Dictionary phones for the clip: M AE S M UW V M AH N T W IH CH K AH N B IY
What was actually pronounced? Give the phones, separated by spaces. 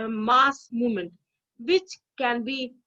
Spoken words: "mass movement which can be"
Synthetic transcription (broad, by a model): M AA S M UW M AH N T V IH CH K AH N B IY